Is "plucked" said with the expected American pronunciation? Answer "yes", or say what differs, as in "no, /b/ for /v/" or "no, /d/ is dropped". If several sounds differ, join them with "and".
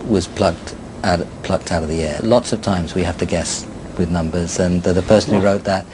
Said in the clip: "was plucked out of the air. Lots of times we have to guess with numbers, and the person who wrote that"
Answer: yes